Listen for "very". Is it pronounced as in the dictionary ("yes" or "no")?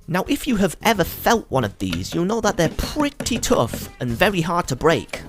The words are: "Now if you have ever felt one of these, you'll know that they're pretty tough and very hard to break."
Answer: yes